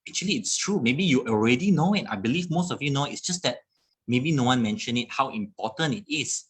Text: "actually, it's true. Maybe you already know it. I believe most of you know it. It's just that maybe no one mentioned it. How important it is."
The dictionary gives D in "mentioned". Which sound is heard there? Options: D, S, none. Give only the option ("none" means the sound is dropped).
none